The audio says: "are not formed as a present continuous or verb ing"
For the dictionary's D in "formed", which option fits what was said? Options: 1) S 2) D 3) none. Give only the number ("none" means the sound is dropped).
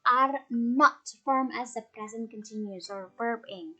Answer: 3